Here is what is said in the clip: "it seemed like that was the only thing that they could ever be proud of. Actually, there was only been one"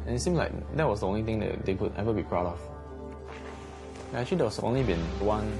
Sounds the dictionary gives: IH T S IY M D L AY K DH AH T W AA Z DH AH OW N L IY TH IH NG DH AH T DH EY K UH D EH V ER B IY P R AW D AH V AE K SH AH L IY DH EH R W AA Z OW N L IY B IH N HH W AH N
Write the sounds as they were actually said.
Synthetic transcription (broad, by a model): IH T S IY M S L AY K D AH T W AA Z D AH OW N L IY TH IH NG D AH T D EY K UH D EH V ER B IY P R AW D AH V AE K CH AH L IY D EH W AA S OW N L IY B IH N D W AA N